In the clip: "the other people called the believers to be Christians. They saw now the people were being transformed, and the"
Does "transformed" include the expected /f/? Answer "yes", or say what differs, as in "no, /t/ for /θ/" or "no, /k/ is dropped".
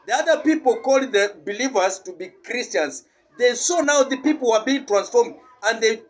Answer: yes